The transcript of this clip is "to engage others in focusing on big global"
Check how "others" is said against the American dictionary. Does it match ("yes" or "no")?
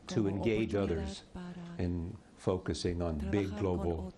yes